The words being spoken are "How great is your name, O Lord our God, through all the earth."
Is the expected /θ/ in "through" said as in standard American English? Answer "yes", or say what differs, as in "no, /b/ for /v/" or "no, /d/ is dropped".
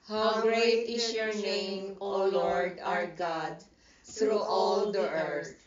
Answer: no, /t/ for /θ/